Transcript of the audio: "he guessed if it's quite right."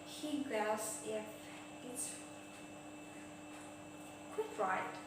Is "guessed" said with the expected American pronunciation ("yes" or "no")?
no